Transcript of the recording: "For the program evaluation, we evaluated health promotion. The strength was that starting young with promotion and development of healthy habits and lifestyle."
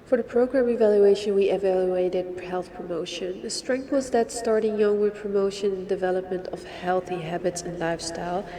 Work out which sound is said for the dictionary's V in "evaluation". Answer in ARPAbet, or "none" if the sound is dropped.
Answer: V